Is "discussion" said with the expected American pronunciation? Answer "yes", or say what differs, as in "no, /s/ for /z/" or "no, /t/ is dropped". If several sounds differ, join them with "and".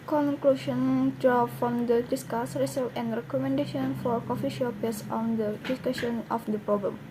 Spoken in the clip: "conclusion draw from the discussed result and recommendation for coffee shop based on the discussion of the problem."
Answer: yes